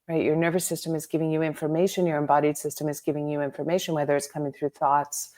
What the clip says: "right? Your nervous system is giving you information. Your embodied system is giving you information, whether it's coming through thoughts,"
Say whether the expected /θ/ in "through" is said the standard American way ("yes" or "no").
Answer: yes